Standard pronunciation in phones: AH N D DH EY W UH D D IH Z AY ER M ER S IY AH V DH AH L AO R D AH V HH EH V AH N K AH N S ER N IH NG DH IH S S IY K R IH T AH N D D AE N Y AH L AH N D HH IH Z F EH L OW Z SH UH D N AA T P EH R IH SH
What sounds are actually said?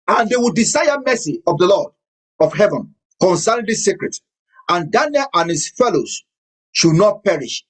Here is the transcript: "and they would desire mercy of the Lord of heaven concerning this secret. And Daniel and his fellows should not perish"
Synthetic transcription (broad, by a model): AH N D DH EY W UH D D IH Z AY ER M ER S IY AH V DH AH L AO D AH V HH EH V AH N K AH N S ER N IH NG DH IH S S IY K R IH T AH N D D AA N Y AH L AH N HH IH S F EH L OW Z SH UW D N AA T P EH R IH SH